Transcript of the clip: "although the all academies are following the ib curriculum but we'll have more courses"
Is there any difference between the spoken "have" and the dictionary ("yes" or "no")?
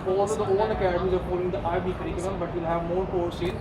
no